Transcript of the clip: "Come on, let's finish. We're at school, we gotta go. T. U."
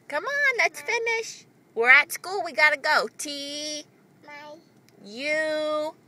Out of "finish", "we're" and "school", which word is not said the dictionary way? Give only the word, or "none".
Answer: none